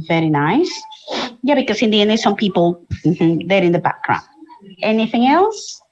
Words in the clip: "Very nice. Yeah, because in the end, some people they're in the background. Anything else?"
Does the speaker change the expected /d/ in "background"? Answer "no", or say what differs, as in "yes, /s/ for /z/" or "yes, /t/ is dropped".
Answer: yes, /d/ is dropped